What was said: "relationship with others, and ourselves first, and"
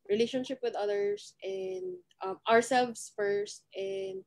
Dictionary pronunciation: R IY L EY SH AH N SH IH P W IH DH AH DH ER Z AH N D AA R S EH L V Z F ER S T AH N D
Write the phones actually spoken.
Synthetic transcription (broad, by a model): R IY L EY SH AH N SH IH P W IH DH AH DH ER S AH N D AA R S EH L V S F ER S T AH N D